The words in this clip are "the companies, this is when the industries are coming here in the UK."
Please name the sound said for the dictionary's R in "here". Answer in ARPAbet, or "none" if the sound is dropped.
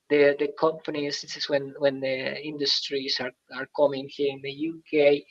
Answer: R